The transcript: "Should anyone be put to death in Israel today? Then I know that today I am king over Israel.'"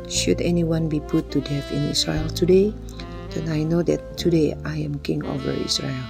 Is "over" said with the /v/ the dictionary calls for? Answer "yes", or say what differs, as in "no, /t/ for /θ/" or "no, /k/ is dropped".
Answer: yes